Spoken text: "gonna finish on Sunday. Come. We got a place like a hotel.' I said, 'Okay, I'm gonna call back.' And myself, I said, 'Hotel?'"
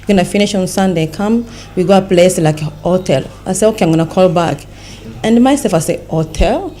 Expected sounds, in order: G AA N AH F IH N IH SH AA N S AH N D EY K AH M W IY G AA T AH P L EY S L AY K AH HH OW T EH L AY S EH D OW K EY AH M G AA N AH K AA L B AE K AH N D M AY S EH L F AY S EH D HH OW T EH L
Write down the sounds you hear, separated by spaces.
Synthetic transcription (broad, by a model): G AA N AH F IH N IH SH AA N S AH N D EY K AH M W IY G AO AH P L EY S L AY K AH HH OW T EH L AY S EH OW K EY AH M G AA N AH K AA L B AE K AH N D M AY S EH L F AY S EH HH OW T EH L